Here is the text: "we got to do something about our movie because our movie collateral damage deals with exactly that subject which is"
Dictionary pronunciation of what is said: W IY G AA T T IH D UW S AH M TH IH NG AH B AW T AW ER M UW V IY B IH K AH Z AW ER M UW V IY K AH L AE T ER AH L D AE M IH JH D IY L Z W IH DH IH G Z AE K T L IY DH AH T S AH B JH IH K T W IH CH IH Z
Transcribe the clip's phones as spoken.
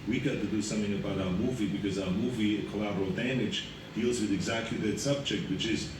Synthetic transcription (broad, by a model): W IY G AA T T IH D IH S AH M TH IH NG AH B AW T AW ER M UW V IY B IH K AH Z AW ER M UW V IY K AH L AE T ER L D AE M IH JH D IY L Z W IH DH IH G Z AE K T L IY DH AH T S AH B JH IH K T W IH CH IH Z